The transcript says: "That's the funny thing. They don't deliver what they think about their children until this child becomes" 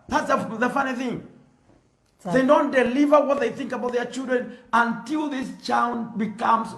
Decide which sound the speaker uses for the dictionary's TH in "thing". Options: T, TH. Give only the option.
TH